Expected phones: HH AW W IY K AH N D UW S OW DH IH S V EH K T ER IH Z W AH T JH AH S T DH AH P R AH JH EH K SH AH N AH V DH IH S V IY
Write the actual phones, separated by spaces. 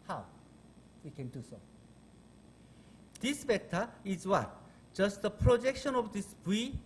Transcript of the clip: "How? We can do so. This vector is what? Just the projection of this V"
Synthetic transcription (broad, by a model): HH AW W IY K AH N D UW S OW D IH S B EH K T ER IH Z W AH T JH AH S T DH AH P R AH JH EH K SH AH N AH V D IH S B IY